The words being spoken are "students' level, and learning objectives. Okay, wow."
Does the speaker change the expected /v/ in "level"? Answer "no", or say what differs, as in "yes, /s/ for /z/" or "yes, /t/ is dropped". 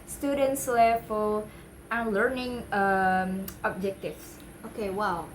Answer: yes, /f/ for /v/